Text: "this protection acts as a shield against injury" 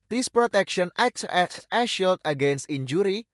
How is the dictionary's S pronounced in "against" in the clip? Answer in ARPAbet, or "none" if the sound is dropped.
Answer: S